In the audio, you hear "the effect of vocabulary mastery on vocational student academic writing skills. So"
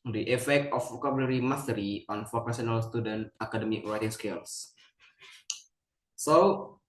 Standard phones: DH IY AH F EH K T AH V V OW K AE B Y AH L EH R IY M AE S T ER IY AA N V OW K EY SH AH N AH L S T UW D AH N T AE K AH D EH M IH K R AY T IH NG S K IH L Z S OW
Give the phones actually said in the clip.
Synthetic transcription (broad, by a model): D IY AH F EH K T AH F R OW K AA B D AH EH R IY M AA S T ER IY AA N F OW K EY S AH N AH L S T UW D AH N T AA K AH D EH M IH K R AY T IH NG S K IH L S S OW